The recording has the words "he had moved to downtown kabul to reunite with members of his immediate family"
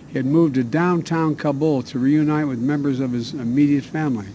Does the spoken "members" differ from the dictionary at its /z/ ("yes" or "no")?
no